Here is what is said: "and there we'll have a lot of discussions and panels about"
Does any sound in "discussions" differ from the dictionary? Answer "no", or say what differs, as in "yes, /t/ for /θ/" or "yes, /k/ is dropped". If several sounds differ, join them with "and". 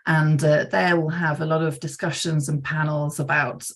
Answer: no